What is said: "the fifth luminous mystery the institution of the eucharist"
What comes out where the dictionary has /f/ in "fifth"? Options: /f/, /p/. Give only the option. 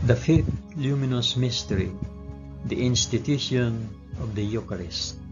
/f/